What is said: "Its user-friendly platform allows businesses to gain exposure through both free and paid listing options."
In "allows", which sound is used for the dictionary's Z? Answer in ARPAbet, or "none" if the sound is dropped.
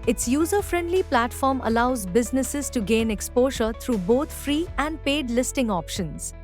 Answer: Z